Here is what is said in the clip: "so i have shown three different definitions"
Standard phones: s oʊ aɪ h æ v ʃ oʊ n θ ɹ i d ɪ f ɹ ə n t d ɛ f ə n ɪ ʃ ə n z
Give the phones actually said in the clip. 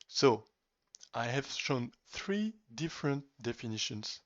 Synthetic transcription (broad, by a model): s oʊ aɪ h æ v ʃ oʊ n θ ɹ i d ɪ f ɹ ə n t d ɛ f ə n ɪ ʃ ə n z